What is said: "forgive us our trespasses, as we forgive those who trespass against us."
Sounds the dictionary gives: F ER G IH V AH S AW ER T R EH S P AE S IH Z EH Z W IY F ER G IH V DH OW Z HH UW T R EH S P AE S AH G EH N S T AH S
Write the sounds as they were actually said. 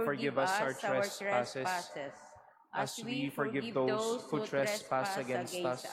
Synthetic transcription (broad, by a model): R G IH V AH S AW ER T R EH S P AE S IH S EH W W IY F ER G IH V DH OW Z HH UW T R EH S P AE S AH G EH N S T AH S